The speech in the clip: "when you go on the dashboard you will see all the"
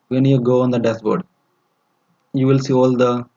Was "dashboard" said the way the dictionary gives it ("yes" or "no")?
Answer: no